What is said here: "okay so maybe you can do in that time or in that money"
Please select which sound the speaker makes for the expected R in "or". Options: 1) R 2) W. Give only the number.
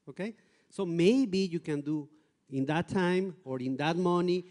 1